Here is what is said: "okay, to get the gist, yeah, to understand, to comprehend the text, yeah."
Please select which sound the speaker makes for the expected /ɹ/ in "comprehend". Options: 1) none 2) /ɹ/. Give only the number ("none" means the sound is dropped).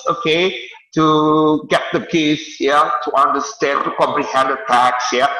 2